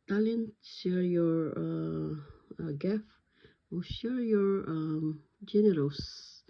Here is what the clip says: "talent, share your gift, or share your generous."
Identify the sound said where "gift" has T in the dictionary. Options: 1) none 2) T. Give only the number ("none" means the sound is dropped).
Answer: 1